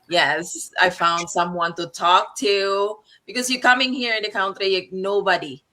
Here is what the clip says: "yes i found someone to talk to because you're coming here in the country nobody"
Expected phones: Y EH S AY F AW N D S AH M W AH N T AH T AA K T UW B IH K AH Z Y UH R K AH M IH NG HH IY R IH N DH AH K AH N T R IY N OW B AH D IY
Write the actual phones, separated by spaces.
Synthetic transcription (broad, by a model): Y EH S AY F AW N D S AH M W AH N T AH T AA K T UW B IH K AH Z Y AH R K AH M IH NG HH IY R IH N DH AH K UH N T L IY N OW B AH D IY